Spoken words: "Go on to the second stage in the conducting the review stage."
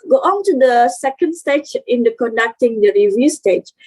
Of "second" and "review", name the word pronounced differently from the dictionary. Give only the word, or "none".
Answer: none